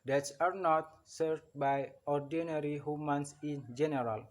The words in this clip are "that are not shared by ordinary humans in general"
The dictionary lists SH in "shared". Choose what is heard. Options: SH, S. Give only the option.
S